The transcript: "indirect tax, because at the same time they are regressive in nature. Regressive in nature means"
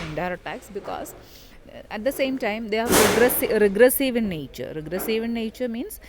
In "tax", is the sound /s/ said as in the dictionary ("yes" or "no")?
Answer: yes